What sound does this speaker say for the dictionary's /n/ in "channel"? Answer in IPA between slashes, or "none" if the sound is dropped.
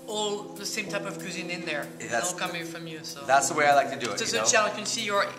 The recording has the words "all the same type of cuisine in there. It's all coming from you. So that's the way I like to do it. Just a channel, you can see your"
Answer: /l/